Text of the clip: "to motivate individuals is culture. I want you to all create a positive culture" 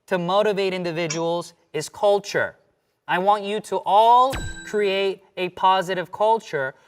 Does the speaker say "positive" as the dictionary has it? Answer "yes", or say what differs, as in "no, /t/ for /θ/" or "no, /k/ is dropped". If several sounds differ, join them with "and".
yes